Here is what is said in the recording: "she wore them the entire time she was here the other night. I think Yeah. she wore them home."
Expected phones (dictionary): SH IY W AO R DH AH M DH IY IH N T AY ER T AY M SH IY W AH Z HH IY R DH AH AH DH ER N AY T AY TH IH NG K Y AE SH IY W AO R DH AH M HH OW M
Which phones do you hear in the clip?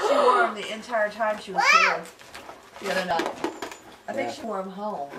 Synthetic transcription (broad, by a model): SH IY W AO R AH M DH IY IH N T AY ER T AY M SH IY W AH Z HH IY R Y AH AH UH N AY AY TH IH NG K SH IY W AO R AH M HH OW M